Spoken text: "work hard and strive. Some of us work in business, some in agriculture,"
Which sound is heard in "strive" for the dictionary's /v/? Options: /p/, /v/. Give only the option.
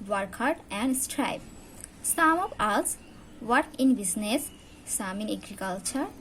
/p/